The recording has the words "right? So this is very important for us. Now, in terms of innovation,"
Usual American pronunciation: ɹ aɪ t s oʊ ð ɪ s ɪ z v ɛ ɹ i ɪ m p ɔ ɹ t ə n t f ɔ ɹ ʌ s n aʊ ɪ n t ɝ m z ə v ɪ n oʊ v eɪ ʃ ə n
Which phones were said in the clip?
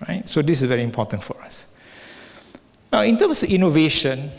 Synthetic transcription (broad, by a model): ɹ aɪ t s oʊ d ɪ s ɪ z v ɛ ɹ i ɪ m p ɔ t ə n t f ɔ ɹ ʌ s n aʊ ɪ n t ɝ m s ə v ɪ n oʊ v eɪ ʃ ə n